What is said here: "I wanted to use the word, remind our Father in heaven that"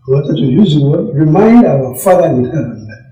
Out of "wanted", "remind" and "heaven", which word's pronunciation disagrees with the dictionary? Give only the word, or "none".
wanted